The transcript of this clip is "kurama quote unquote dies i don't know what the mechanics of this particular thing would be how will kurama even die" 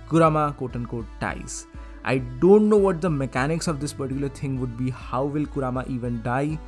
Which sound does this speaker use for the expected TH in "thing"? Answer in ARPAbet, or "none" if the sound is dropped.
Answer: T